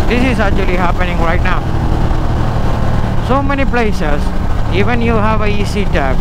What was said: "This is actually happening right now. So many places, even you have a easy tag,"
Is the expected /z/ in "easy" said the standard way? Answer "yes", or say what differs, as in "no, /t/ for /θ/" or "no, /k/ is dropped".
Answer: no, /s/ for /z/